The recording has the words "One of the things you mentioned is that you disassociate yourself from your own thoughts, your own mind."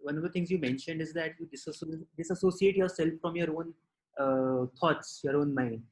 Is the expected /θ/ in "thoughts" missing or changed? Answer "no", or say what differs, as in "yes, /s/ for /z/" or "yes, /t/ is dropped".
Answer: yes, /t/ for /θ/